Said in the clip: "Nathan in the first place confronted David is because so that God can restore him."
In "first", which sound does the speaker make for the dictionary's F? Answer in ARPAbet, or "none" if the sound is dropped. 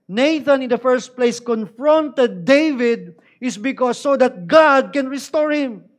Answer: F